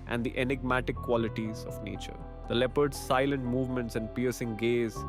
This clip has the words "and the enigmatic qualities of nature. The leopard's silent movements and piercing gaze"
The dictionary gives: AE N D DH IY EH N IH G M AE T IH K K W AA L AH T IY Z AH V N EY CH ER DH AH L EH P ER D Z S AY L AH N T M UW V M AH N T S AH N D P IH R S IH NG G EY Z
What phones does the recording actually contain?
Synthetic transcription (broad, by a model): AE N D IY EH N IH G M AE T IH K K W AA L AH T IY Z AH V N EY CH ER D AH L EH P ER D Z S AY L AH N T M UW V M AH N T S AH N D P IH R S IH NG G EY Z